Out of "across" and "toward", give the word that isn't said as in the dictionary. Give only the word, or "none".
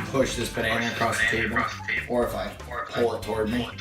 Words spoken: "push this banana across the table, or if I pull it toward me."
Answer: none